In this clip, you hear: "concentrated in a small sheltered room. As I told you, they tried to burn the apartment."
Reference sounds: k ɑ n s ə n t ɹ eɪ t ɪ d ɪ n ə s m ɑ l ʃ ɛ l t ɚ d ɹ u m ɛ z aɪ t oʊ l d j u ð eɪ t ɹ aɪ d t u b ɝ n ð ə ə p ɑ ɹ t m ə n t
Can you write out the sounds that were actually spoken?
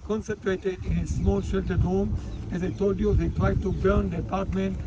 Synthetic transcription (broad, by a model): k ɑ n s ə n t ɹ eɪ t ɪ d ɪ n ə s m ɑ l ʃ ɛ l t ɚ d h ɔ m ɛ z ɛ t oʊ d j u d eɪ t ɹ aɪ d t u b ɝ n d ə p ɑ ɹ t m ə n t